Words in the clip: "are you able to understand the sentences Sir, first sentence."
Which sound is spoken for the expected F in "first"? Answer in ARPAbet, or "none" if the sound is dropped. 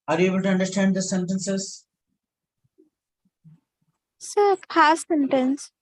P